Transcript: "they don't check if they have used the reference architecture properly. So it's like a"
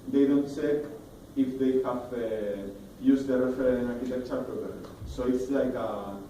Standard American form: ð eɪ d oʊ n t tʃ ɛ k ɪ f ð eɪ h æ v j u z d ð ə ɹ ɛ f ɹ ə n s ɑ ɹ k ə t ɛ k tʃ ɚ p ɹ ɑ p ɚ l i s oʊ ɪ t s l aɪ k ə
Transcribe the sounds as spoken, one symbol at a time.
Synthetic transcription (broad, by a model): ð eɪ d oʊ n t s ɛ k ɪ f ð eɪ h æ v j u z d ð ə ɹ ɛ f ə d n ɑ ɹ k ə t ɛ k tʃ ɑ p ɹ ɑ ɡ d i s oʊ ɪ t s l aɪ k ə